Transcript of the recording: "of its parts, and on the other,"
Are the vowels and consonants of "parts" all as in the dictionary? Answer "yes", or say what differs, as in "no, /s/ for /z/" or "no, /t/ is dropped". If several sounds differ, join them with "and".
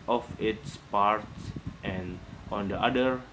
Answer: yes